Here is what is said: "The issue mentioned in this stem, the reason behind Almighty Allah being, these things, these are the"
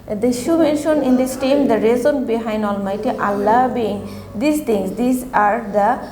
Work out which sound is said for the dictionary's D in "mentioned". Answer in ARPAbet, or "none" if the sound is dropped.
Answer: none